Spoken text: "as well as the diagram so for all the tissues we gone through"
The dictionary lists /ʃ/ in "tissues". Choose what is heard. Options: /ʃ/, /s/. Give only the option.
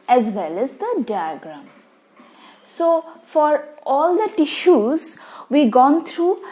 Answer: /ʃ/